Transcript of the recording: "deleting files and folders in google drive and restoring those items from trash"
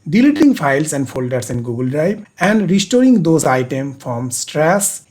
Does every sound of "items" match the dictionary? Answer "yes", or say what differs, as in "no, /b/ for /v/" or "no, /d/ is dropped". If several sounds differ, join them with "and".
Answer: no, /z/ is dropped